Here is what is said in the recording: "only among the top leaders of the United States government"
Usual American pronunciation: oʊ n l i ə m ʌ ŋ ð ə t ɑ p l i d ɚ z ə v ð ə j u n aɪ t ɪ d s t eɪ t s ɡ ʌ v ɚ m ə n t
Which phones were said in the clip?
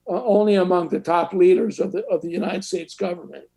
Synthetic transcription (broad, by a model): oʊ n l i ə m ʌ ŋ ð ə t ɑ p l i d ɚ z ə v ð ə j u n aɪ t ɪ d s t eɪ t s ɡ ʌ v ɚ m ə n t